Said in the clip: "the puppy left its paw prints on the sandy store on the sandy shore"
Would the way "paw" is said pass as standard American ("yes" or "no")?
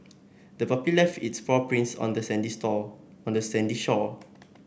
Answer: no